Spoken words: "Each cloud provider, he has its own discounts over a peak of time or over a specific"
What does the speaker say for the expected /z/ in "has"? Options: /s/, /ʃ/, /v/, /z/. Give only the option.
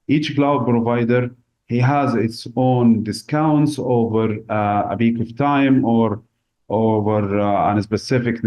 /z/